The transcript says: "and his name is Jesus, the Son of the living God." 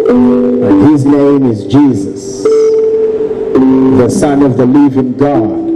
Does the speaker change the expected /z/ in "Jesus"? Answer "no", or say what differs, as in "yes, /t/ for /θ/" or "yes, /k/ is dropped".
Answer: no